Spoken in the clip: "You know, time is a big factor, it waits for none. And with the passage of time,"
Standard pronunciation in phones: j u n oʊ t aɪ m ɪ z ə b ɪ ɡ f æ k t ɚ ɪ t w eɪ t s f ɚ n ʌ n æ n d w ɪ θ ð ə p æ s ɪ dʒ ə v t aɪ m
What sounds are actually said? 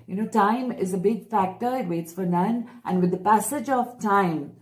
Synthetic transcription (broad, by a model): j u n oʊ t aɪ m ɪ z ə b ɪ ɡ f æ k t ɚ ɪ t w eɪ t s f ɚ n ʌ n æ n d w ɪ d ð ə p æ s ɪ dʒ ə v t aɪ m